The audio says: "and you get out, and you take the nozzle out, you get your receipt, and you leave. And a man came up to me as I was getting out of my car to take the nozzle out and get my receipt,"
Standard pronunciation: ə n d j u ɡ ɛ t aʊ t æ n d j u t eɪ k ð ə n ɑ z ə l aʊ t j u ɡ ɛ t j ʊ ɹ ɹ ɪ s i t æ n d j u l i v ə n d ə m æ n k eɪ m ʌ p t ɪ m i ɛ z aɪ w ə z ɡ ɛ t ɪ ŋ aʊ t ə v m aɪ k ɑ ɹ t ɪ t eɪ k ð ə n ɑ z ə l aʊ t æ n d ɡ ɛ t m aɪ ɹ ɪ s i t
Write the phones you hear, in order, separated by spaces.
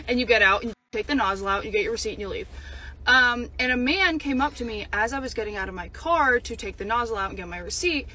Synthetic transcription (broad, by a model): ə n j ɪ ɡ ɛ t aʊ t n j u t eɪ k ð ə n ɑ z l aʊ t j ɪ ɡ ɛ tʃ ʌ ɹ ɹ ɪ s i t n j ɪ l i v ə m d ə m æ n k eɪ m ʌ p t ɪ m i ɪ z aɪ w ə z ɡ ɛ t ɪ ŋ aʊ t ə v m aɪ k ɑ ɹ t ɪ t eɪ k ð ə n ɑ z l aʊ t n ɡ ɛ t m aɪ ɹ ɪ s i t